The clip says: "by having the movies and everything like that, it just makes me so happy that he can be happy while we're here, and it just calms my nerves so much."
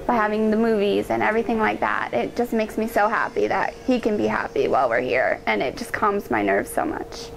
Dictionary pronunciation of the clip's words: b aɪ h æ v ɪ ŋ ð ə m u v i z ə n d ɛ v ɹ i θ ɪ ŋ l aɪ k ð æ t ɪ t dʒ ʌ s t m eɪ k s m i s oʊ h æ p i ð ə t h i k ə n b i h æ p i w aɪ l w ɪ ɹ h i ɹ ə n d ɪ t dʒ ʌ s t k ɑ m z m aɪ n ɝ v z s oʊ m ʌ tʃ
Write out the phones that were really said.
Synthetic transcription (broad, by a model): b aɪ h æ v ɪ ŋ ð ə m u v i z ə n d ɛ v ɹ i θ ɪ ŋ l aɪ k ð æ t ɪ t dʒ ʌ s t m eɪ k s m i s oʊ h æ p i ð ə t h i k ə n b i h æ p i w aɪ l w ɪ ɹ h i ɹ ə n ɪ t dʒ ʌ s k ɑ m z m aɪ n ɝ v z s oʊ m ʌ tʃ